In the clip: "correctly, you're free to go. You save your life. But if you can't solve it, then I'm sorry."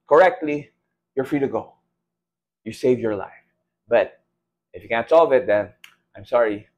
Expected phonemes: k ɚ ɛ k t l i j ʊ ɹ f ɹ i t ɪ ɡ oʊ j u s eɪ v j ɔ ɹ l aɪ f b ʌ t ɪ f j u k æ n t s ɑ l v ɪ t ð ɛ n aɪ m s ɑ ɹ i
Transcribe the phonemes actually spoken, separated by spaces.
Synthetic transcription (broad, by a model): k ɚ ɛ k t l i j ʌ ɹ f ɹ i t ɪ ɡ oʊ j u s eɪ v j ɔ ɹ l aɪ f b ʌ t ɪ f j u k æ n t s ɑ l v ɪ t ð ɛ n aɪ m s ɑ ɹ i